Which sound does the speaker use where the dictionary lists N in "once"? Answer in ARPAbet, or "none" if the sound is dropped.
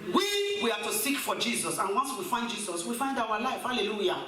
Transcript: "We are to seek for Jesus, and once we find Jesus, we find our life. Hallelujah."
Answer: N